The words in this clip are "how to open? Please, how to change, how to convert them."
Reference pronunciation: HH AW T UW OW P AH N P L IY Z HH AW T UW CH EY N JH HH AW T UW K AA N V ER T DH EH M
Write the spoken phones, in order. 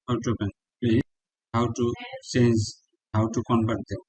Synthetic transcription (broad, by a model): HH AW T UW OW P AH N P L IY HH AW T UW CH EY N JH HH AW T UW K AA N B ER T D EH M